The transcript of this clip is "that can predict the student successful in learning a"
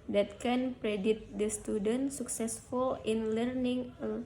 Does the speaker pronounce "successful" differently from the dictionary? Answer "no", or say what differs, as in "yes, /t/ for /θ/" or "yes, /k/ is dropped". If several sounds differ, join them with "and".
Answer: no